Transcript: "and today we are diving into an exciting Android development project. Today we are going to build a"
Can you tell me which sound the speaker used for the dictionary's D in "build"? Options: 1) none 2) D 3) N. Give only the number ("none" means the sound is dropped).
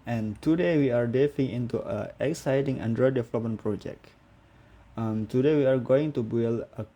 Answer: 1